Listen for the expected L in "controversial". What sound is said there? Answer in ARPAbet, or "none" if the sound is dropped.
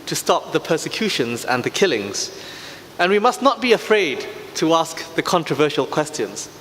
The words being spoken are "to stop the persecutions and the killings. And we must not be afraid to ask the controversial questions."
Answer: L